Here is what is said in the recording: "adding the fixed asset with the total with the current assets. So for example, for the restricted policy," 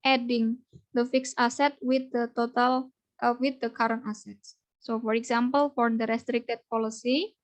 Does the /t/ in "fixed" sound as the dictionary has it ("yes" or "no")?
no